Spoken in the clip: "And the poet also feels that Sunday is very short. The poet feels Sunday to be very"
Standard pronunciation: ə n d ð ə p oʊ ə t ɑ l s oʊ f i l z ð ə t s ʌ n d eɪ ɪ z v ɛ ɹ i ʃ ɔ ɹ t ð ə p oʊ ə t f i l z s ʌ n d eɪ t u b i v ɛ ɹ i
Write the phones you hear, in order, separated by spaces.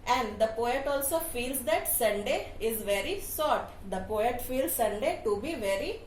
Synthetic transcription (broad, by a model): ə n d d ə p oʊ ə t ɑ l s oʊ f i l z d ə t s ʌ n d eɪ ɪ z v ɛ ɹ i s ɔ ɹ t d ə p oʊ ə t f i l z s ʌ n d eɪ t u b i v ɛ ɹ i